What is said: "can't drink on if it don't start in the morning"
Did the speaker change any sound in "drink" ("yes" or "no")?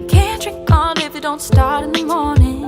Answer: yes